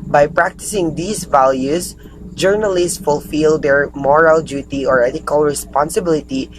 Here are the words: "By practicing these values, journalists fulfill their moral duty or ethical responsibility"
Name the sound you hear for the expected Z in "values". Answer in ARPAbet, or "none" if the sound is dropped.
S